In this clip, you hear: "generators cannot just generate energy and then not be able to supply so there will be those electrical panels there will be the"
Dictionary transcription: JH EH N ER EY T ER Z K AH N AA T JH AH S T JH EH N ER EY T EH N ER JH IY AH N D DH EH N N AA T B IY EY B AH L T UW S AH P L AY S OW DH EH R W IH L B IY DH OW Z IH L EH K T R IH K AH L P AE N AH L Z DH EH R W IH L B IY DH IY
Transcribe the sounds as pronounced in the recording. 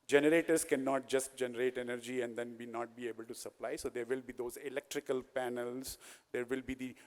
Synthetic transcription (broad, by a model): JH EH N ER EY T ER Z K AH N AA T JH AH S T JH EH N ER EY T EH N ER JH IY AH N D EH N N AA T B IY EY B AH L T UW S AH P L AY S OW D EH R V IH L B IY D OW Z IH L EH K T R IH K AH L P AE N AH L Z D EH R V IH L B IY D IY